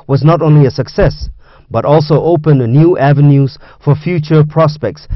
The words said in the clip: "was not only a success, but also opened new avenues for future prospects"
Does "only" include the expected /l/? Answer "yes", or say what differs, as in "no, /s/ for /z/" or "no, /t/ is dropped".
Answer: yes